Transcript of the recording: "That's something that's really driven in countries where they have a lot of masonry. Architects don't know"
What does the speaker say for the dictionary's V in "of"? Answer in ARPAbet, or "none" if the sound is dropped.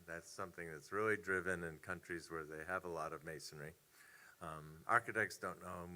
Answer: V